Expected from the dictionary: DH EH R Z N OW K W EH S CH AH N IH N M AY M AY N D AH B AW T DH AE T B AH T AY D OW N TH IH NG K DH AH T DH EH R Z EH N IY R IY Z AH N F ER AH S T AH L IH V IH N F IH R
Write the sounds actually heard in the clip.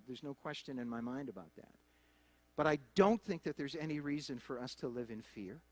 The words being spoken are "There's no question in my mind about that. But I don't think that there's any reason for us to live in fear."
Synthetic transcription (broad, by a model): DH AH R Z N OW K W EH S CH AH N IH N M AY M AY N D AH B AW T DH AE T B AH T AY D OW N TH IH NG K DH AH T DH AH R Z EH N IY R IY Z AH N F ER AH S T AH L IH V IH N F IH R